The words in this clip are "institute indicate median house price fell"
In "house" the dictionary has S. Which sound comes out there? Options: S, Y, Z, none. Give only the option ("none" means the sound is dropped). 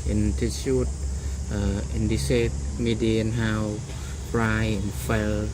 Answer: none